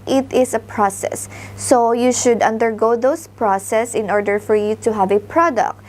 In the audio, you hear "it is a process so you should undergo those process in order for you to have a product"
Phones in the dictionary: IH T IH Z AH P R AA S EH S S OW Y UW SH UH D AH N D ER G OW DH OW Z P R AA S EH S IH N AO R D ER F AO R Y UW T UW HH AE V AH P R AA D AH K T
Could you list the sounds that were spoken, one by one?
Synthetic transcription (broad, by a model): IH T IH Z AH P R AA S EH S S OW Y UW SH UH D AH N D ER G OW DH OW S P R AA S EH S IH N AO R D ER F AO R Y UW T UW HH AE V AH P R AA D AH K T